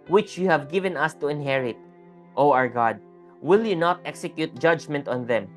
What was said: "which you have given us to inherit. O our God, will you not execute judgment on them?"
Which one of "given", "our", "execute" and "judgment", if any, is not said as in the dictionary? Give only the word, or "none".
none